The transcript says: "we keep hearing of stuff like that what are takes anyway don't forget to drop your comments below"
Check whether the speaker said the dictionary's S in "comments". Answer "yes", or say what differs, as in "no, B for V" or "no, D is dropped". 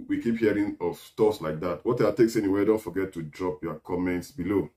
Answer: yes